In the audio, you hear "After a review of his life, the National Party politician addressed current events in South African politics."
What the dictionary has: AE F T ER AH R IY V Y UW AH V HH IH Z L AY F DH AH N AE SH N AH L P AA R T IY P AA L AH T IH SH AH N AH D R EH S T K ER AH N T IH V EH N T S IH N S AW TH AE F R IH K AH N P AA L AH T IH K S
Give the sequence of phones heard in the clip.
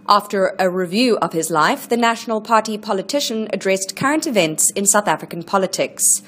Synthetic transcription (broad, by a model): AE F T ER AH R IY V Y UW AH V IH Z L AY F DH AH N AE SH N AH L P AA R T IY P AA L AH T IH SH AH N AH D R EH S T K ER AH N T IH V EH N T S IH N S AW TH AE F R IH K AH N P AA L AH T IH K S